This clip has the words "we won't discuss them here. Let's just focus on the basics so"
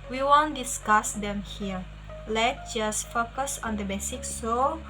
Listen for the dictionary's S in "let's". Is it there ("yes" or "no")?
no